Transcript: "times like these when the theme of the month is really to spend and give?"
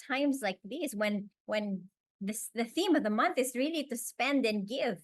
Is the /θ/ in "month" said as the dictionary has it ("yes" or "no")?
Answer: yes